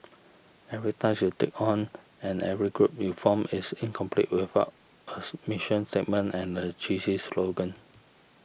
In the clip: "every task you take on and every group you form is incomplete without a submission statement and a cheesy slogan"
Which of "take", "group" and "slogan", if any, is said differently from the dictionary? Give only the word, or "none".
none